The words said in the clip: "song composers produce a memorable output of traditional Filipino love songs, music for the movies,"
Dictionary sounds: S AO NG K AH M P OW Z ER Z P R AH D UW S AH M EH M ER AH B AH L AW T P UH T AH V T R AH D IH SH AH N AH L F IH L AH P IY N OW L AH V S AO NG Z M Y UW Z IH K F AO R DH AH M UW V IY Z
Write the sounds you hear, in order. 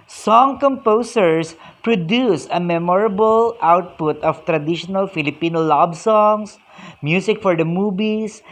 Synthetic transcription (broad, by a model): S AO NG K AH M P OW S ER S P R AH D UW S AH M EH M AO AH B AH L AW T P UH T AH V T R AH D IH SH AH N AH L F IH L AH P IY N OW L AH B S AO NG S M Y UW S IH K F AO R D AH M UW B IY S